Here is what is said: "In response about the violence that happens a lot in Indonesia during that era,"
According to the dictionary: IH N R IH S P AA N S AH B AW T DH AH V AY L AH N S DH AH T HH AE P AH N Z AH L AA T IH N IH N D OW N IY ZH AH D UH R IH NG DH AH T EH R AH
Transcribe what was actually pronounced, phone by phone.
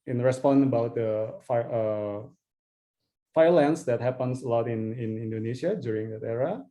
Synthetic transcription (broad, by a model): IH N R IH S P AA N AH B AW T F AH F AY L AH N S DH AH T HH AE P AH N S AH L AA T IH N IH N D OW N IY SH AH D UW R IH NG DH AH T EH R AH